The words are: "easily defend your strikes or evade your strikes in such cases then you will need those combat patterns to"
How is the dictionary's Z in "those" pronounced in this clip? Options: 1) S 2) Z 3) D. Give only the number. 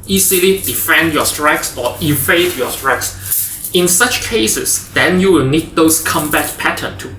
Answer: 1